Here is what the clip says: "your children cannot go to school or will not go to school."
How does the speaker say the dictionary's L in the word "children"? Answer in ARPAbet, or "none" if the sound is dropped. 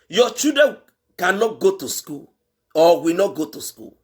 none